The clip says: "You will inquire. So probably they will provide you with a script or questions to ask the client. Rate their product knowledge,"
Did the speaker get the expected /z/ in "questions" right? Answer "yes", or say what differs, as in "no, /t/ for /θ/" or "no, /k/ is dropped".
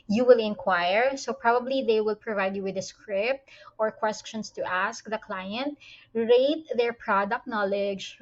no, /s/ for /z/